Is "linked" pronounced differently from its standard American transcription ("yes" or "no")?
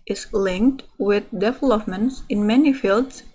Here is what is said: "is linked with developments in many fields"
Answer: no